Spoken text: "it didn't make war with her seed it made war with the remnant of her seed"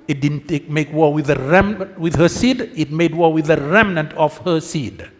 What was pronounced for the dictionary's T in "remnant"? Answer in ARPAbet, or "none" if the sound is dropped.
T